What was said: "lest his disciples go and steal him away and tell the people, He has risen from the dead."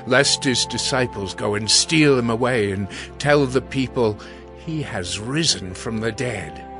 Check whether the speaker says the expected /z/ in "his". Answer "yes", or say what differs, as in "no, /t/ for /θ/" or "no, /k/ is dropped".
yes